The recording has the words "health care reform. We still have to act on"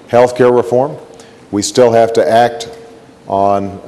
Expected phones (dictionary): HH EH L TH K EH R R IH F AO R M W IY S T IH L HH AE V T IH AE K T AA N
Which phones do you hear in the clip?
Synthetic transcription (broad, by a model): HH EH L TH K EH R R IH F AO R M W IY S T IH L HH AE F T IH AE K T N